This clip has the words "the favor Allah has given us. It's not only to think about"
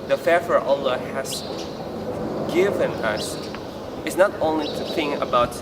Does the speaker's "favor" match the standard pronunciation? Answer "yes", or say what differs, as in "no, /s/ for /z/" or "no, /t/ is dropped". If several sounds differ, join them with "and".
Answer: no, /f/ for /v/